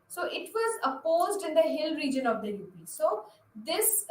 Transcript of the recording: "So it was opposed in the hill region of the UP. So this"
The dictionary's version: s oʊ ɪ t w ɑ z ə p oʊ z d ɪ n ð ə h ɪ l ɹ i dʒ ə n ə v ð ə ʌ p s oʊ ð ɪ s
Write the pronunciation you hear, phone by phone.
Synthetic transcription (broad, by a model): s oʊ ɪ t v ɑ z ə p oʊ z d ɪ n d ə h ɪ l ɹ i dʒ ə n ə v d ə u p s oʊ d ɪ s